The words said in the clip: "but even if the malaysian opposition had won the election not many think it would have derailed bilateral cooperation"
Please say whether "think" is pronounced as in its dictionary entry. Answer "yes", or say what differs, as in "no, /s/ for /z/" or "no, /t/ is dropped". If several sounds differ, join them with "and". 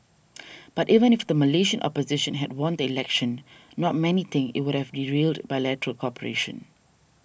no, /k/ is dropped